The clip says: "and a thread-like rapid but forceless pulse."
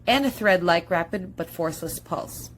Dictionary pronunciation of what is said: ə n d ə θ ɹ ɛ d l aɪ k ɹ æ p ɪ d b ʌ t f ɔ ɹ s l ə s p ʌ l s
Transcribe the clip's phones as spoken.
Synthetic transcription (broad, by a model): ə n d ə θ ɹ ɛ d l aɪ k ɹ æ p ɪ d b ʌ t f ɔ ɹ s l ə s p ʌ l s